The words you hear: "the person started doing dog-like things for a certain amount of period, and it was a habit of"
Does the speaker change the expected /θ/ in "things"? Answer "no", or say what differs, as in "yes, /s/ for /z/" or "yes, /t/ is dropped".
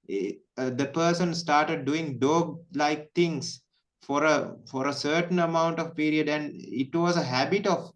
yes, /t/ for /θ/